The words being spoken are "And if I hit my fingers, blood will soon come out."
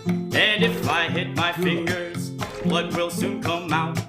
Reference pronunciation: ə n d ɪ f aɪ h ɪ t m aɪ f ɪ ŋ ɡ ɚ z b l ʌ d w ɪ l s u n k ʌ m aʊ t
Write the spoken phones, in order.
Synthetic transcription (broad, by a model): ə n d ɪ f aɪ h ɪ t m aɪ f ɪ ŋ ɡ ɚ z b ʌ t w ɪ l s u n k ʌ m aʊ t